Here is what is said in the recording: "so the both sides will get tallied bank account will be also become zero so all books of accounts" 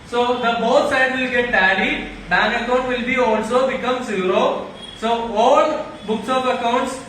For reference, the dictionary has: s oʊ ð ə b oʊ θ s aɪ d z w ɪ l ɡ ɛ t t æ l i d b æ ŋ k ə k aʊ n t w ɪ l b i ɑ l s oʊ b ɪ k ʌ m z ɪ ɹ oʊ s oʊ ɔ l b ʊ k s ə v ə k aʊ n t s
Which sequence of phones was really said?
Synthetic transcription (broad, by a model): s oʊ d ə b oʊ t s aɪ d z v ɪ l ɡ ɛ t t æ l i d b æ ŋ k ə k aʊ n t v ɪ l b i ɑ l s oʊ b ɪ k ʌ m s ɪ ɹ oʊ s oʊ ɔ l b ʊ k s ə p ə k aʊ n t s